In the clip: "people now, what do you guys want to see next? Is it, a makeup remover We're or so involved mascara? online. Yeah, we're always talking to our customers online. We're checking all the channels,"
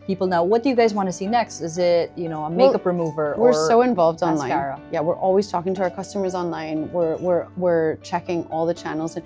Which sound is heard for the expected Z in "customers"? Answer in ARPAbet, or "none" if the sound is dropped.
Z